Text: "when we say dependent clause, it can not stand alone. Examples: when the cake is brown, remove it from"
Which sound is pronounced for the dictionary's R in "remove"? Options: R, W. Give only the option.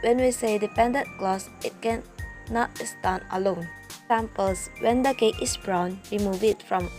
W